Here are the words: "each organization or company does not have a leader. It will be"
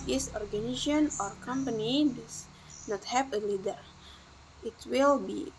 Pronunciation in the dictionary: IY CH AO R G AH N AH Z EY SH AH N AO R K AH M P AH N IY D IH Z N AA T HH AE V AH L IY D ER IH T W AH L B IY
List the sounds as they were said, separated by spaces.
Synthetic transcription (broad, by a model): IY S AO R G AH N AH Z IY AH N AO R K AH M P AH N IY D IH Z N AA T HH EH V AH L IY D ER IH T W AH L B IY